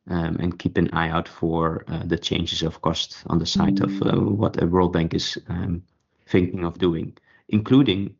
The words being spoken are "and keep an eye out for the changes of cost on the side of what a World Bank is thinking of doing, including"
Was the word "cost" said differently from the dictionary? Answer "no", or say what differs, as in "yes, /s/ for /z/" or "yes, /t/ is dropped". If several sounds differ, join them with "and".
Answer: no